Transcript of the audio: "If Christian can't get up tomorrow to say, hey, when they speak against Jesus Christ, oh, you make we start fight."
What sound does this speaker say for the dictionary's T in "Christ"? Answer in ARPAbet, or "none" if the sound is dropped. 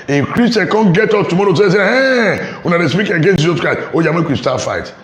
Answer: none